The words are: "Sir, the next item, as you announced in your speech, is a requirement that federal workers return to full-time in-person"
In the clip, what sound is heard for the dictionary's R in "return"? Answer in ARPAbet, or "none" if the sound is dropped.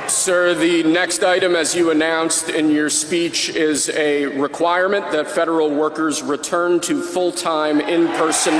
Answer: R